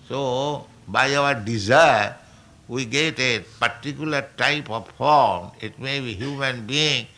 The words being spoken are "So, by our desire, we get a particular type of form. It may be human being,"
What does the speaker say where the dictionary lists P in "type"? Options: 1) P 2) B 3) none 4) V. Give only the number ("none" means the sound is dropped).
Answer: 1